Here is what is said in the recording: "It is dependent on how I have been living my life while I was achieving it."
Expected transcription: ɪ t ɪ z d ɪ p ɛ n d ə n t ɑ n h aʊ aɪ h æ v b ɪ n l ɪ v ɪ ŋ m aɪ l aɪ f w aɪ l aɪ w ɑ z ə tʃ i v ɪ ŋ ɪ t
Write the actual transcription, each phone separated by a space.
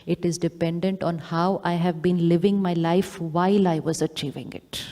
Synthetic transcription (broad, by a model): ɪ t ɪ z d ɪ p ɛ n d ə n t ɑ n h aʊ aɪ h æ v b ɪ n l ɪ v ɪ ŋ m aɪ l aɪ f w aɪ l aɪ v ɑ z ə tʃ i v ɪ ŋ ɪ t